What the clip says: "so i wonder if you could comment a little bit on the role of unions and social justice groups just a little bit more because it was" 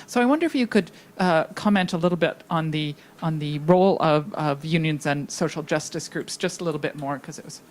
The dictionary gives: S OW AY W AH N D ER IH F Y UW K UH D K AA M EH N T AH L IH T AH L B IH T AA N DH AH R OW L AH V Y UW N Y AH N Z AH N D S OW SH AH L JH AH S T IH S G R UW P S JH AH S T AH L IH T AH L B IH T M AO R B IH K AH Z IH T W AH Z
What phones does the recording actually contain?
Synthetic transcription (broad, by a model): S OW AY W AH N D ER IH F Y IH K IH D K AA M EH N T AH L IH T L B IH T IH N DH AH R OW L AH V Y UW N Y AH N Z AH N S OW SH L JH AH S T IH S G R UW P S JH AH S T AH L IH T L B IH T M AO R K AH Z IH T W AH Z